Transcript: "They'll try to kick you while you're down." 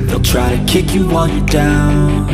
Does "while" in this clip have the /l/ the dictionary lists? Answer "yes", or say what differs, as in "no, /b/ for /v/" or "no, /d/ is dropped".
no, /n/ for /l/